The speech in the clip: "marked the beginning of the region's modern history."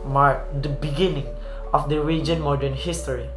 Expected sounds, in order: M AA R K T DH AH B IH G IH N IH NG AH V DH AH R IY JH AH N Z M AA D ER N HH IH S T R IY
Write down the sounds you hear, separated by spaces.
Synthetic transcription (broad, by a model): M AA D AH B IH G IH N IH NG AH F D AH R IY JH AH N M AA D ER N HH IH S T R IY